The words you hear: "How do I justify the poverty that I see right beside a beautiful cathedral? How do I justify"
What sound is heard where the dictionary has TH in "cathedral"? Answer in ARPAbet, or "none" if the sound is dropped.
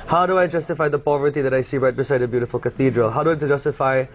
TH